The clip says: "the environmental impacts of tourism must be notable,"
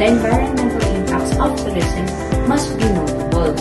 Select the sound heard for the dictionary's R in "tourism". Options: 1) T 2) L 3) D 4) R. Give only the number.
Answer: 2